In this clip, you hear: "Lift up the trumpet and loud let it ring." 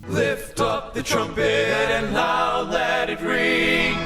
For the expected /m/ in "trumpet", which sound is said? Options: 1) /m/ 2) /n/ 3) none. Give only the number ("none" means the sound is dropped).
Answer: 1